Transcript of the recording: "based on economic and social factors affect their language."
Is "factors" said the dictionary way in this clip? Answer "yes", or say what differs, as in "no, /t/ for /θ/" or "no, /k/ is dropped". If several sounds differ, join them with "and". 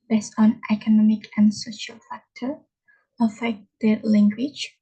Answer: no, /z/ is dropped